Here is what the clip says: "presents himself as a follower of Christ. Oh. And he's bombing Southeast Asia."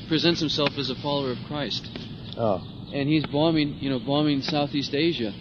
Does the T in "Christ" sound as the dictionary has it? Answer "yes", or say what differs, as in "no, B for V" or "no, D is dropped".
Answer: yes